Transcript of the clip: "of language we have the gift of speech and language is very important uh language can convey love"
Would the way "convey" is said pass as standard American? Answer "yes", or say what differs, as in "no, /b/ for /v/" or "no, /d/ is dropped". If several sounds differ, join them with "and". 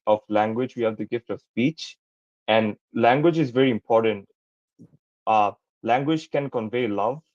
yes